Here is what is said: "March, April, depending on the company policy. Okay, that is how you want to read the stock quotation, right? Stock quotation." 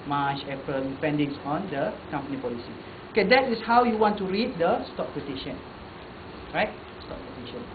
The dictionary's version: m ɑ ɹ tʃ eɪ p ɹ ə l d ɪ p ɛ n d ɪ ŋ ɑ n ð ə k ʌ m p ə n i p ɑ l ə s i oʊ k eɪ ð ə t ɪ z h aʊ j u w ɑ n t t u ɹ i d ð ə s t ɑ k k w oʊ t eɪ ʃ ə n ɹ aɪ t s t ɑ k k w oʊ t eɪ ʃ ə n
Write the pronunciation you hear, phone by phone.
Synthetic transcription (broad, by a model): m ɑ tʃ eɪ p ə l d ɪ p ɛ n d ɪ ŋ ɑ n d ə k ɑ m p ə n i p ɑ l ə s i oʊ k eɪ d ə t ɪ s h aʊ j u w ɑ n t t u ɹ i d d ə s t ɑ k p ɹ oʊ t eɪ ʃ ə n ɹ aɪ t s t ɑ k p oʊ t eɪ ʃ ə n